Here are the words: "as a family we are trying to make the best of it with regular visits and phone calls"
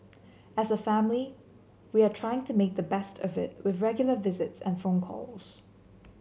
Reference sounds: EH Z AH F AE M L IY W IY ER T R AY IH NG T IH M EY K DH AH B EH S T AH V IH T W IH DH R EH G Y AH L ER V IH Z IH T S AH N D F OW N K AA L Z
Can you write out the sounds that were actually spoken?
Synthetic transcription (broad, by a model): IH Z AH F AE M L IY W IY ER T R AY IH NG T IH M EY K DH AH B EH S T AH V IH T W IH DH R EH G Y L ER V IH Z IH T S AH N F OW N K AA L Z